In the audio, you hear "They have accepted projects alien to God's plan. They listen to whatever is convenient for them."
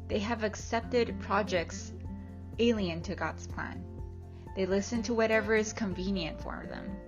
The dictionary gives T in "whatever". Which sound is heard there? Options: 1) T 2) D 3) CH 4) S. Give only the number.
1